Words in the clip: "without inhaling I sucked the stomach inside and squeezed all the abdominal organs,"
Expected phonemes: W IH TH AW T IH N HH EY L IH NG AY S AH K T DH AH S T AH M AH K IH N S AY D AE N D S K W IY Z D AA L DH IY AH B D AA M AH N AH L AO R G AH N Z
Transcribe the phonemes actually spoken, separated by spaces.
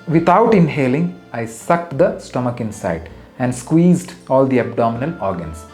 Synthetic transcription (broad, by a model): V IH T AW T IH N HH EY L IH NG AY S AH K T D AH S T AH M AH K IH N S AY D AE N D S K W IY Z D AA L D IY AH B D AA M AH N AH L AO R G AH N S